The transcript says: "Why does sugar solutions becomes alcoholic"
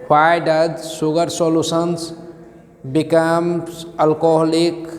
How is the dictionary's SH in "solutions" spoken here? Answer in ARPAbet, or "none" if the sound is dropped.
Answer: S